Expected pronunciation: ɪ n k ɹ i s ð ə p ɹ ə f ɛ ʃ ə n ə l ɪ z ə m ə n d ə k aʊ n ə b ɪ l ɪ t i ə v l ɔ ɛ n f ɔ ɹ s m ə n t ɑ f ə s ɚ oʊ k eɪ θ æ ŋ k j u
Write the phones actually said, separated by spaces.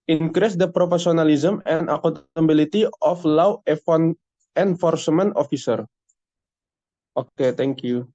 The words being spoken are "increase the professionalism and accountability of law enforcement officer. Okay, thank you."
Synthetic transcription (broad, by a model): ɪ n k ɹ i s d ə p ɹ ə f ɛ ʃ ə n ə l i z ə m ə n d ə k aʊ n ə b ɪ l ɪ t i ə f l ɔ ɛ n f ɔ ɹ s m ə n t ɑ f ə s ɚ oʊ k eɪ t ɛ ŋ k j u